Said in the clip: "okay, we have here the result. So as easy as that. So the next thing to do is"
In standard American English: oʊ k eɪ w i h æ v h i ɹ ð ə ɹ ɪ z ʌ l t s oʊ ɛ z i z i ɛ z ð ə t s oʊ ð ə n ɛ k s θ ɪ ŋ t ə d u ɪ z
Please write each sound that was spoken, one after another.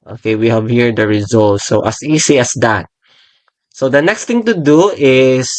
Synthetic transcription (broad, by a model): oʊ k eɪ w i h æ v h i ɹ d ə ɹ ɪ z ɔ l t s oʊ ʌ s i s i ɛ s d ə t s oʊ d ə n ɛ k s t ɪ ŋ t ə d u ɪ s